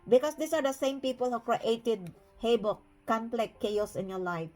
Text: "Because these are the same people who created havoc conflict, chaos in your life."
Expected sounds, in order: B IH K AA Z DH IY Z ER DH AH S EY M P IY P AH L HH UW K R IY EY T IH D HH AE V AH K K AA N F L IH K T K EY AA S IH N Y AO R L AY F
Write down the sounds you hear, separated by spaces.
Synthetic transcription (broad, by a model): B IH K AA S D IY S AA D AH S EY M P IY P AH L HH UW K R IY EY T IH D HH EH B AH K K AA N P L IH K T K EY AA S IH N Y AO L AY F